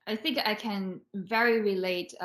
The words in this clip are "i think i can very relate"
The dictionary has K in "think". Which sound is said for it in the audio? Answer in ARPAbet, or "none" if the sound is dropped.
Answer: K